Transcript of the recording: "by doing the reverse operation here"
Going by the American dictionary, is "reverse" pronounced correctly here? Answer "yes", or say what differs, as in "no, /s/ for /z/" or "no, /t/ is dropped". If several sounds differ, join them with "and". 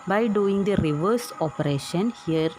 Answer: yes